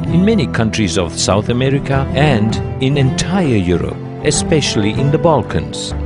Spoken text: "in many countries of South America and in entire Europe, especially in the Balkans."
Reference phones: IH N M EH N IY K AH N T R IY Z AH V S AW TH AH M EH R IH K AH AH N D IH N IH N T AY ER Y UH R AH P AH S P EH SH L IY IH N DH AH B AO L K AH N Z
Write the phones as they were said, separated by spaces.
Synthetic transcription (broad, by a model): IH N M EH N IY K AH N T R IY Z AH V S AW TH AH M EH R IH K AH AH N D IH N IH N T AY ER Y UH R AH P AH S P EH SH L IY IH N DH AH B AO L K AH N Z